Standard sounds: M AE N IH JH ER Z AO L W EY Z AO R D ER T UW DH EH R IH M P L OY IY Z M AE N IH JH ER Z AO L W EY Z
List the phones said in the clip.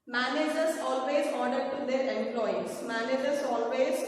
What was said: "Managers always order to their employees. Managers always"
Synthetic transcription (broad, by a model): M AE N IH JH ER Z AO L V EY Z AO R D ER T UW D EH R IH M P L OY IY S M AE N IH JH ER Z AO L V EY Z